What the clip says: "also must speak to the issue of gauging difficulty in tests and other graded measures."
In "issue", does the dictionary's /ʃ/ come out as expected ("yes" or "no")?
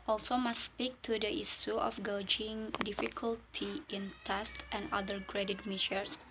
no